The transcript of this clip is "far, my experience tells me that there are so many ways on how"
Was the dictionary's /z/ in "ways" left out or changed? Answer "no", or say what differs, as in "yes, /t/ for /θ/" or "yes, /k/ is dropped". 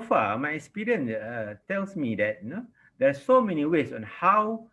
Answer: yes, /s/ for /z/